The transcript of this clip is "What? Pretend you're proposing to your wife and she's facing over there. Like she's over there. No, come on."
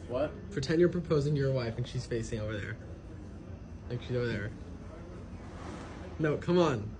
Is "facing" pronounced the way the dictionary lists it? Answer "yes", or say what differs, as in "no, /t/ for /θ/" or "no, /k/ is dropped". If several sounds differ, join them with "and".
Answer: yes